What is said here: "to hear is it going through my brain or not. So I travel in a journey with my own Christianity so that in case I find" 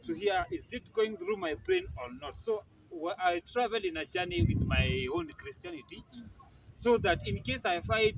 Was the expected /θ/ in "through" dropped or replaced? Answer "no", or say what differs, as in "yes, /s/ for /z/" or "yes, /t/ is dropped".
no